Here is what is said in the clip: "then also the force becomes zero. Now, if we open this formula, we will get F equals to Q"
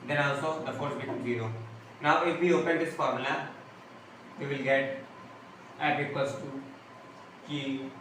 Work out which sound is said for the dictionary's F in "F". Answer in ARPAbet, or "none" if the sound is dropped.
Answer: P